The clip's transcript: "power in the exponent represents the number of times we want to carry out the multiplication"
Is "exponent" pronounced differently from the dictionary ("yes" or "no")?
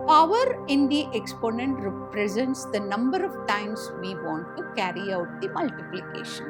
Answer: no